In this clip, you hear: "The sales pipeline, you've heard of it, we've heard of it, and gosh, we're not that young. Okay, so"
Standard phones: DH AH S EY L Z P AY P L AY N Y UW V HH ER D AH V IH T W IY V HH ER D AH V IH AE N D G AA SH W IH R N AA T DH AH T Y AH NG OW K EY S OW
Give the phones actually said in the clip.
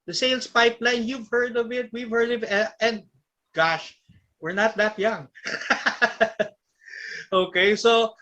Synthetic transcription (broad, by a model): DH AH S EY L S P AY P L AY N Y UW V HH ER D AH V IH T W IY V HH ER D AH V IH N D G AA SH W IH R N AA T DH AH T Y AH NG OW K EY S OW